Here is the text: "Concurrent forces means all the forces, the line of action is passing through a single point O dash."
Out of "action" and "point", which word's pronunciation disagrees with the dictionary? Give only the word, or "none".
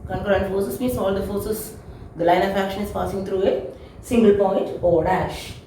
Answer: none